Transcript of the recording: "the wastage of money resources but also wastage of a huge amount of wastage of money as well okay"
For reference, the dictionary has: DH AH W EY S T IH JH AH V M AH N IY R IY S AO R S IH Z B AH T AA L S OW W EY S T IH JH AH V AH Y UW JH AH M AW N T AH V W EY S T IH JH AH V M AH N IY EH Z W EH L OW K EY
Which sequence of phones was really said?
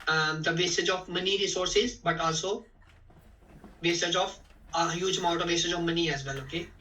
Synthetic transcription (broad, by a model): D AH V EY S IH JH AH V M AH N IY R IY S AO R S IH Z B AH T AA L S OW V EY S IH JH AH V AH Y UW JH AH M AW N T AH V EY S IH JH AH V M AH N IY EH Z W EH L OW K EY